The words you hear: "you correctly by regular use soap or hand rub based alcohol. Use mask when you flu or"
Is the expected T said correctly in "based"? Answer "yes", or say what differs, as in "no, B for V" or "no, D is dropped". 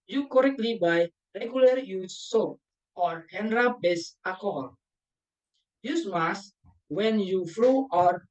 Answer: no, T is dropped